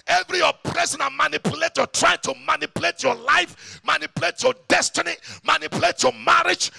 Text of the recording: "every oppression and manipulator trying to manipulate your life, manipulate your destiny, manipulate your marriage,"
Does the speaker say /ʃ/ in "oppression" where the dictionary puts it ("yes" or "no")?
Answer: no